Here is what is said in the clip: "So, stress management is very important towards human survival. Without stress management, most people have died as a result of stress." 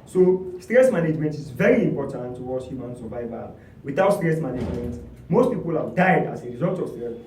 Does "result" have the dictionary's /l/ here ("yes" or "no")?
yes